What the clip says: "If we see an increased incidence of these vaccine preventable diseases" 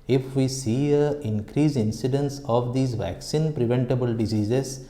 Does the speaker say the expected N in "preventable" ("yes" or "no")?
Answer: yes